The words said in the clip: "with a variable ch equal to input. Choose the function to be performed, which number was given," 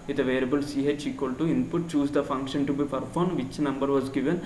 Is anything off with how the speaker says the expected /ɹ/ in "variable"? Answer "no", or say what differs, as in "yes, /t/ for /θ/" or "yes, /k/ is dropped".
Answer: yes, /l/ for /ɹ/